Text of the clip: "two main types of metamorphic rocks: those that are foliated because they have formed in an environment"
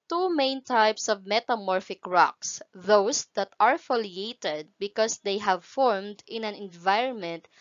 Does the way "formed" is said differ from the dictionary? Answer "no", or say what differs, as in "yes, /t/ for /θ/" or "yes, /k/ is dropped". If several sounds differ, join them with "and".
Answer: no